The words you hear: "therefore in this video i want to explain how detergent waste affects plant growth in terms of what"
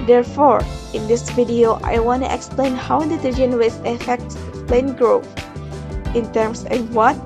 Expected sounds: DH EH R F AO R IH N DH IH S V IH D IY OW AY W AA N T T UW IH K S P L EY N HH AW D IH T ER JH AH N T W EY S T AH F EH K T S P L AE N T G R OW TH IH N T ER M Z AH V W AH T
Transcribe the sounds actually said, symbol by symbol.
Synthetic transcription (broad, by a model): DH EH R F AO R IH N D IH S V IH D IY OW AY W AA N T T UW IH K S P L EY N HH AW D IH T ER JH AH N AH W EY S AH F EH K T S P L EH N G R OW TH IH N T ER M S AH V W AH T